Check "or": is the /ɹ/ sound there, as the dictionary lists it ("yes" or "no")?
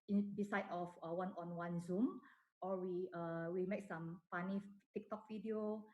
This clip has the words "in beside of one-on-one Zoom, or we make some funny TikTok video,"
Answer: no